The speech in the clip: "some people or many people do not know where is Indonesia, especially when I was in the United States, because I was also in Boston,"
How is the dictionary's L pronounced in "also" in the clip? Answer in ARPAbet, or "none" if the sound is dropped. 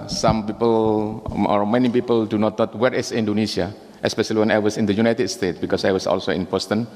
L